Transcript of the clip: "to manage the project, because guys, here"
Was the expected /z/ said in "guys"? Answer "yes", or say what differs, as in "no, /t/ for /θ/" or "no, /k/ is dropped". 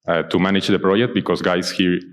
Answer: no, /s/ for /z/